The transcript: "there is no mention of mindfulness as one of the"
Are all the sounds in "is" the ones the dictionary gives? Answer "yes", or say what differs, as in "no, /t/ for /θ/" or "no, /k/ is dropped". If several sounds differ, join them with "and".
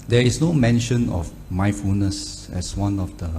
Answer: no, /s/ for /z/